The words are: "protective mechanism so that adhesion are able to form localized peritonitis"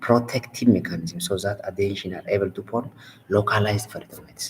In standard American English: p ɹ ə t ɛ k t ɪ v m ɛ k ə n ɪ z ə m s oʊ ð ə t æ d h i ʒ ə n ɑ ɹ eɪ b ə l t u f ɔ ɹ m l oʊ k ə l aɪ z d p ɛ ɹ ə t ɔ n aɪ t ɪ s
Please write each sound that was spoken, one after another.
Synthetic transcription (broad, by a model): p ɹ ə t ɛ k t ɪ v m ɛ k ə n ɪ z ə m s oʊ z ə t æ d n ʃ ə n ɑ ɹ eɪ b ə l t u p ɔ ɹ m l oʊ k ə l aɪ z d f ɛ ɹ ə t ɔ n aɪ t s